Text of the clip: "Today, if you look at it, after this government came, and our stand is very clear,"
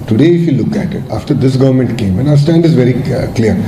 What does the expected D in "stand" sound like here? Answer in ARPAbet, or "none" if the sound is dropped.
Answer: D